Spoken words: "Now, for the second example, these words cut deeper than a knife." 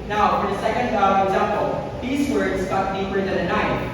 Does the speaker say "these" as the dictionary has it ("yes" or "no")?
yes